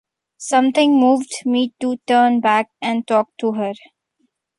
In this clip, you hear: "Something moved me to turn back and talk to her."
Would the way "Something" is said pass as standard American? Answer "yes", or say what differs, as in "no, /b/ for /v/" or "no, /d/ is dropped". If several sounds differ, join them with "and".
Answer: no, /t/ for /θ/